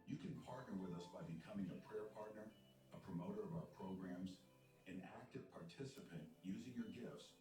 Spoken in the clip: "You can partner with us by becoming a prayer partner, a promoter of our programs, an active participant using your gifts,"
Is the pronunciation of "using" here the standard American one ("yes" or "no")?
yes